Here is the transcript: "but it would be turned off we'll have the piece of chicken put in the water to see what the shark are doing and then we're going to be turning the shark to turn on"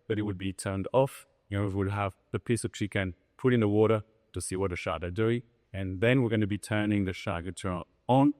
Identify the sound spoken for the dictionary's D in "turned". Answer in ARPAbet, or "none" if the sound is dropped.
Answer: D